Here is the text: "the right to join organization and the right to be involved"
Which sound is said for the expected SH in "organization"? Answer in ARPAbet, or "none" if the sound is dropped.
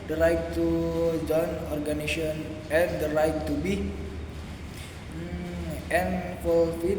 none